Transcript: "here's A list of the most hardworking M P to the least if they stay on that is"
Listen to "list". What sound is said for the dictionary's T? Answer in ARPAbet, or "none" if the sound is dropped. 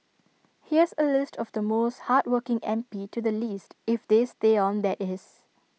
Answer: T